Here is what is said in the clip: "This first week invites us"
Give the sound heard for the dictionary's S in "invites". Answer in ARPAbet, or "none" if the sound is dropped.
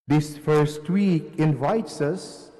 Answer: S